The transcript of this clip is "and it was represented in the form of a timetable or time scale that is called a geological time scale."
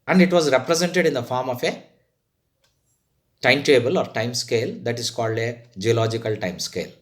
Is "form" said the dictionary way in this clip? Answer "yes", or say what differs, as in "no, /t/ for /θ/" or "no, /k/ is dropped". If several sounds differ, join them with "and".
yes